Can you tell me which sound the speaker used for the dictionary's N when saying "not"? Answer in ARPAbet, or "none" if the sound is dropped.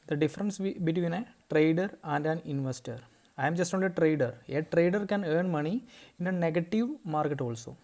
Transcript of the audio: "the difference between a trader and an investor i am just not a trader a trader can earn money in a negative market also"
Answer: L